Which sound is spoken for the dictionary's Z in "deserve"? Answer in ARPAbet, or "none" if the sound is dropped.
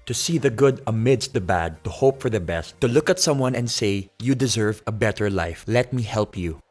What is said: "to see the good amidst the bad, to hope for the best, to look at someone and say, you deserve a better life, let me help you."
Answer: Z